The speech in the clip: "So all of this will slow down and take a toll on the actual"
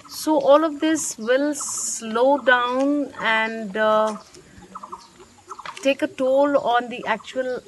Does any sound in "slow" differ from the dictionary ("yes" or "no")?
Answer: no